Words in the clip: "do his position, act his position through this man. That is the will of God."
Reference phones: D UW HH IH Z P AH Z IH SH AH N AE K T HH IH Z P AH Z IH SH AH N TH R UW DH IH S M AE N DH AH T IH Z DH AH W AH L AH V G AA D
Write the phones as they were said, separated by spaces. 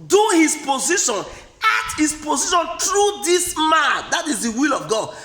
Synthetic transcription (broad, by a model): D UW HH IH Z P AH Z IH SH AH N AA T HH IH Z P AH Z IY SH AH N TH R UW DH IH S M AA N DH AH T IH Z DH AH W AH L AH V G AA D